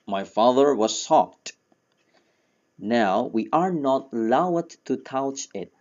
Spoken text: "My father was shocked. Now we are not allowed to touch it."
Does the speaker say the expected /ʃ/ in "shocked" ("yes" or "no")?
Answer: no